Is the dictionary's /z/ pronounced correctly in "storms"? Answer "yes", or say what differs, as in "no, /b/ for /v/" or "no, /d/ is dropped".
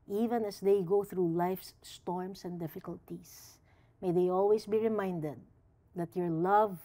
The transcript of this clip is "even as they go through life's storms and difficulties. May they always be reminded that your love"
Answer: no, /s/ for /z/